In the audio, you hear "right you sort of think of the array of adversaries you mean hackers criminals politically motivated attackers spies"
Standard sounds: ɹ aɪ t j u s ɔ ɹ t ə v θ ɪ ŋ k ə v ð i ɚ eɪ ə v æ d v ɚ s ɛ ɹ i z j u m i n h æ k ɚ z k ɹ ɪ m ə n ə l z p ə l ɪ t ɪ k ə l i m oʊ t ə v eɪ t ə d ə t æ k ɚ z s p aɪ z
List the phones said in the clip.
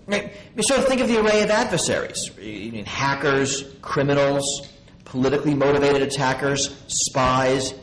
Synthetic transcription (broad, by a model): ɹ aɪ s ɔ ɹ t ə θ ɪ ŋ k ə v ð i ɚ eɪ ə v æ d v ɚ s ɛ ɹ i z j m i n h æ k ɚ z k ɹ ɪ m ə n l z p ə l ɪ t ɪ k l i m oʊ t ə v eɪ t ə d ə t æ k ɚ z s p aɪ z